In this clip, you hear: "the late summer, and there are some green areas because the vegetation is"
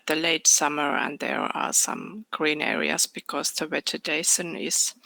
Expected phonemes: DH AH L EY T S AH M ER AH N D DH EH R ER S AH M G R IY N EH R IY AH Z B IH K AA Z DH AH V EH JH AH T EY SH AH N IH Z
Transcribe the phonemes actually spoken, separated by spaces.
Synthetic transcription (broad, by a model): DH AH L EY T S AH M ER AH N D DH EH R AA S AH M G R IY N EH R IY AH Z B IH K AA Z DH AH W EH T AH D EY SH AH N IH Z